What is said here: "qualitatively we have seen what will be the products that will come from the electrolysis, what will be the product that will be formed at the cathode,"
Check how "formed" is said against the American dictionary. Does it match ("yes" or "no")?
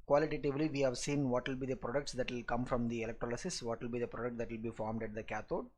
yes